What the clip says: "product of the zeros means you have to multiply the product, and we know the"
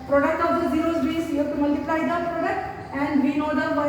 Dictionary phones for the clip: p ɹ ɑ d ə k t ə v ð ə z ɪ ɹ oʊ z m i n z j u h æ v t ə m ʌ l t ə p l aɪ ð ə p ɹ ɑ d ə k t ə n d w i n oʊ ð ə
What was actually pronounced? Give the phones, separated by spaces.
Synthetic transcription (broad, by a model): p ɹ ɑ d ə k t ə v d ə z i ɹ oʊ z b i z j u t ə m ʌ l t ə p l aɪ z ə p ɹ ɑ d ə k t ə n d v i n oʊ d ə